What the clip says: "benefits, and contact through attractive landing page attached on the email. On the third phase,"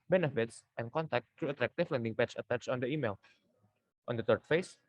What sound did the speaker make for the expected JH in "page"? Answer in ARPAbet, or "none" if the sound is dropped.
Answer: CH